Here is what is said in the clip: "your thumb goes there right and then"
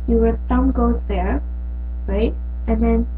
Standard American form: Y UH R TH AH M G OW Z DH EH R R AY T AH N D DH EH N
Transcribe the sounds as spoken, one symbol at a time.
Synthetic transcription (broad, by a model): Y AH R S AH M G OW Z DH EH R R AY T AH N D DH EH N